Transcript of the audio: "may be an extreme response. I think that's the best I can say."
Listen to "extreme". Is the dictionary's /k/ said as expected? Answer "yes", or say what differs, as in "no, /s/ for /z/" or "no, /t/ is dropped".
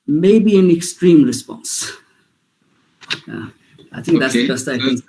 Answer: yes